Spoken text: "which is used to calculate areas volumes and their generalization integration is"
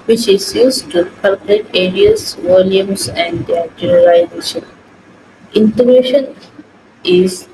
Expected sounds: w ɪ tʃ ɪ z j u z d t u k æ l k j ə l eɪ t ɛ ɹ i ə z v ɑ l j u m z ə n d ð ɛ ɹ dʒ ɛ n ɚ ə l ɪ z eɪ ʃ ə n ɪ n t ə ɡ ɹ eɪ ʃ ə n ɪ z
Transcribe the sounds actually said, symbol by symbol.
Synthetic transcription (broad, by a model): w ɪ tʃ ɪ z j u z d t u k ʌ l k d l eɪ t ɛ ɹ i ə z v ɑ l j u m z ə n d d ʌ ɹ dʒ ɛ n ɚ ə ɪ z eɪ ʃ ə n ɪ n t ə ɡ ɹ eɪ ʃ ə n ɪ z